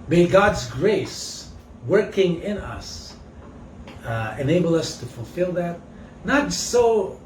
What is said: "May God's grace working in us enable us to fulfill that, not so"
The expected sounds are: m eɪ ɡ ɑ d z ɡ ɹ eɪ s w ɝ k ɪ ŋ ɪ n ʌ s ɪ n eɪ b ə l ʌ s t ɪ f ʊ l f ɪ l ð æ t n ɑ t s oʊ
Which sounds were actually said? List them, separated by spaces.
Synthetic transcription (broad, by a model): m eɪ ɡ ɑ d z ɡ ɹ eɪ s w ɝ k ɪ ŋ ɪ n ʌ s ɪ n eɪ b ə l ʌ s t ɪ f ʊ l f ɪ l ð æ t n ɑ t s oʊ